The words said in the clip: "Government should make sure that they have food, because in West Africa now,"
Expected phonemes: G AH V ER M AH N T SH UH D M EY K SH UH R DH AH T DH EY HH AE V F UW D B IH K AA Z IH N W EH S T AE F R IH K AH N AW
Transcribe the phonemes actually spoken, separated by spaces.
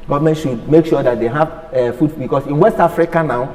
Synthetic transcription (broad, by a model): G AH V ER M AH N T SH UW D M EY K SH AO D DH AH T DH EY HH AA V F UW D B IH K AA S IH N W EH S T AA F R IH K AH N AW